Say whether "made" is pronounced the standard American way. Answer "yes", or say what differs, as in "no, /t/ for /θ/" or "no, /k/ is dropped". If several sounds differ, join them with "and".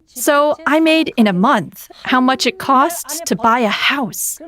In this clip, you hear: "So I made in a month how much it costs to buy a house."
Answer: yes